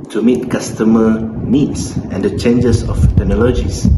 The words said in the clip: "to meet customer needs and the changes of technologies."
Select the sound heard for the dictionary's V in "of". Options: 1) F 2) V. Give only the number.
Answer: 1